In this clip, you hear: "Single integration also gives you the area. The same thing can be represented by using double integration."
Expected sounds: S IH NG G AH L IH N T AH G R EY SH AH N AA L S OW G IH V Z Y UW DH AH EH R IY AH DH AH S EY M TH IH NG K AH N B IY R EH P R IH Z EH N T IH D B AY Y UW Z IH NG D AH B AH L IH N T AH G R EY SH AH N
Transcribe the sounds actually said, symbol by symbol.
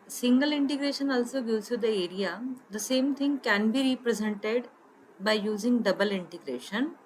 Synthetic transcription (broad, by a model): S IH NG G AH L IH N T AH G R EY SH AH N AA L S OW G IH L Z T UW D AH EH R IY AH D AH S EY M T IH NG K AH N B IY R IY P R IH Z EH N T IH D B AY Y UW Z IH NG D AH B AH L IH N T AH G R EY SH AH N